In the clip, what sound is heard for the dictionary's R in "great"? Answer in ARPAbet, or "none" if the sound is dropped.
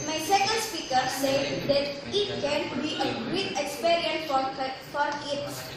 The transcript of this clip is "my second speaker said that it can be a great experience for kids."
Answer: none